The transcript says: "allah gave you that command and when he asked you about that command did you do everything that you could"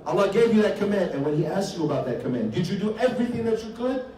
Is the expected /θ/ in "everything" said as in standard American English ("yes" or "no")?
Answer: yes